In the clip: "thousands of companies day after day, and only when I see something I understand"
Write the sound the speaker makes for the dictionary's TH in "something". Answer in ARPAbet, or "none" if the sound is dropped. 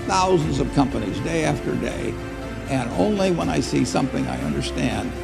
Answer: TH